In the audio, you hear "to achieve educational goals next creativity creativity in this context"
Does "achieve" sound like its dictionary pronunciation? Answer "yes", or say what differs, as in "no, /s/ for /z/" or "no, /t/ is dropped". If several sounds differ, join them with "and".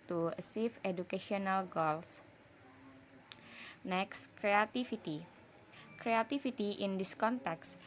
no, /s/ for /tʃ/ and /f/ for /v/